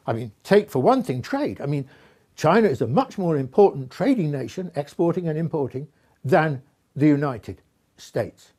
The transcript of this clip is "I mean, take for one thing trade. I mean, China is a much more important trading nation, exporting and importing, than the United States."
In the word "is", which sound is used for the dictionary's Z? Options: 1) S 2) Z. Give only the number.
2